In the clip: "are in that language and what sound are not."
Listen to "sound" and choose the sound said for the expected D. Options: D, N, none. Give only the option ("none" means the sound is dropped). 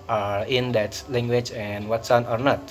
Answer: none